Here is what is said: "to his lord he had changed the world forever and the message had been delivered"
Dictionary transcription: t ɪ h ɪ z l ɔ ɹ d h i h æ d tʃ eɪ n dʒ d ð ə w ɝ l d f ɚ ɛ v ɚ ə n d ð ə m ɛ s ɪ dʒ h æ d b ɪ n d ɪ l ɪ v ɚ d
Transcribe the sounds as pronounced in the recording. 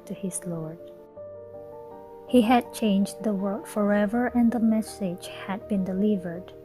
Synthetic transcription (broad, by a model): t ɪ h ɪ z l ɔ ɹ d h i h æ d tʃ eɪ n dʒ ð ə w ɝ d f ɚ ɛ v ɚ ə n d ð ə m ɛ s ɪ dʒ h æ d b ɪ n d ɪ l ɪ v ɚ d